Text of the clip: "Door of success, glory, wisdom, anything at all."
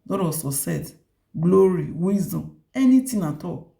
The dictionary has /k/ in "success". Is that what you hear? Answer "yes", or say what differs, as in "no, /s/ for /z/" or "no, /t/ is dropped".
no, /k/ is dropped